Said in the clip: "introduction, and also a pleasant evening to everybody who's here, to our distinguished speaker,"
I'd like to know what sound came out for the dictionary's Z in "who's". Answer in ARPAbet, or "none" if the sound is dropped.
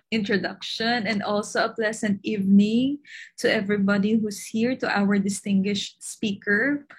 S